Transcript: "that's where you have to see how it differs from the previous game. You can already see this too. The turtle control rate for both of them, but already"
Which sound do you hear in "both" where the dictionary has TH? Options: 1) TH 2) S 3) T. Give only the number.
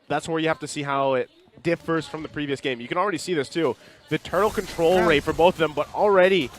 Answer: 1